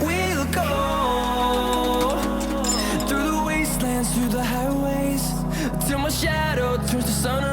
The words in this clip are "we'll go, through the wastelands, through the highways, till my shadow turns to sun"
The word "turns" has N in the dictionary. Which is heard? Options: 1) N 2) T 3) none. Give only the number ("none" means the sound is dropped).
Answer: 3